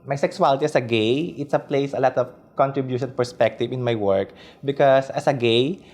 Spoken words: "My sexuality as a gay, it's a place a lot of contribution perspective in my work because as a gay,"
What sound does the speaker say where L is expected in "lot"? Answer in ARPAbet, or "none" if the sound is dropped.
L